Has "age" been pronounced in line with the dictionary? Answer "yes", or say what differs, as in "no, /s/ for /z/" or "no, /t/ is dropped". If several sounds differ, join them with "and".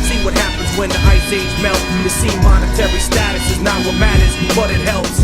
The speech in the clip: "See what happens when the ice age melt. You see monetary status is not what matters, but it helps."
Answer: no, /z/ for /dʒ/